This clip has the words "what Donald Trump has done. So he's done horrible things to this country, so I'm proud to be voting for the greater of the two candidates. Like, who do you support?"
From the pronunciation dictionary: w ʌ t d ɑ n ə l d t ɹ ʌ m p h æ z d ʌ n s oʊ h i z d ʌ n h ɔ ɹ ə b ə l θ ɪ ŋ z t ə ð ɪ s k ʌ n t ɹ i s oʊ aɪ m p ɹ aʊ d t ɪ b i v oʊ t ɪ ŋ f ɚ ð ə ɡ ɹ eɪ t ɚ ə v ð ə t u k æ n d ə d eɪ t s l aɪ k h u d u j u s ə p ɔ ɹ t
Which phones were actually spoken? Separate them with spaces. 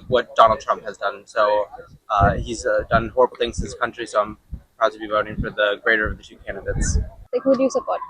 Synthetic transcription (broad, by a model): w ʌ t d ɑ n l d t ɹ ʌ m p h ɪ z d ʌ n s oʊ h i z d ʌ n h ɔ ɹ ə b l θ ɪ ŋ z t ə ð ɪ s k ʌ n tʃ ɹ i s oʊ aɪ m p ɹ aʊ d t ɪ b i v oʊ t ɪ ŋ f ɚ ð ə ɡ ɹ eɪ t ɚ ə v ð ə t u k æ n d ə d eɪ t s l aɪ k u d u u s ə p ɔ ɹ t